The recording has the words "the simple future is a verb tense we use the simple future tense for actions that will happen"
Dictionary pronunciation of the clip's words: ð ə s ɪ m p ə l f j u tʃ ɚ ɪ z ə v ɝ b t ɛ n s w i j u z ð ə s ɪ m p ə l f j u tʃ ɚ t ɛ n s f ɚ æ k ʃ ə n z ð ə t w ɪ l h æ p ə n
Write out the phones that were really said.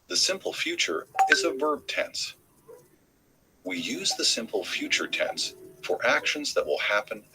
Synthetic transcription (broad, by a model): ð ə s ɪ m p l f j u tʃ ɚ ɪ z ə v ɝ b t ɛ n s w i j u z ð ə s ɪ m p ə l f j u tʃ ɚ t ɛ n s f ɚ æ k ʃ ə n z ð ə t w ɪ l h æ p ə n